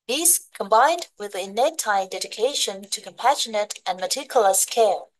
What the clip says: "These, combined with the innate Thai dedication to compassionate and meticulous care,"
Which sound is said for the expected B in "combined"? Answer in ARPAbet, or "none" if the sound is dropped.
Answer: B